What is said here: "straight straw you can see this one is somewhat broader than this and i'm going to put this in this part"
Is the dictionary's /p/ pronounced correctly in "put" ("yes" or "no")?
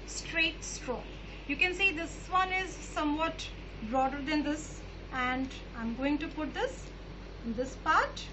yes